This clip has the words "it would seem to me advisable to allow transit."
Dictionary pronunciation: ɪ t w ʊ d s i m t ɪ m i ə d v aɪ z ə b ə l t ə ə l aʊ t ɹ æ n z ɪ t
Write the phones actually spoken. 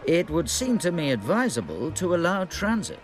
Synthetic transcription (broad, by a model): ɪ t w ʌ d s i m t ɪ m i ə d v aɪ z ə b ə l t ə ə l aʊ t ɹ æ n z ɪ t